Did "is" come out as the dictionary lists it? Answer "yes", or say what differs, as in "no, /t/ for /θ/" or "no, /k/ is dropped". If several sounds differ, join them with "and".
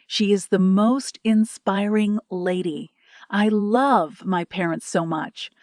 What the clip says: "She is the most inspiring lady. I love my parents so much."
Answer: yes